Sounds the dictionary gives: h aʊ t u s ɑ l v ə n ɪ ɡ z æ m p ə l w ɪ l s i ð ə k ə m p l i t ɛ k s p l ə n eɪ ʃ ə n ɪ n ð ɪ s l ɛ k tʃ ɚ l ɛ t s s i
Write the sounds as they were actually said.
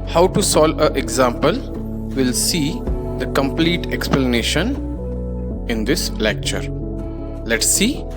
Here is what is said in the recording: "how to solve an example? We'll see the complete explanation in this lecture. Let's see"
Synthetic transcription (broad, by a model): h aʊ t u s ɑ l ə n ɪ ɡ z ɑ m p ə l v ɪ l s i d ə k ə m p l i t ɛ k s p l ə n eɪ ʃ ə n ɪ n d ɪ s l ɛ k tʃ ɚ l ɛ t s s i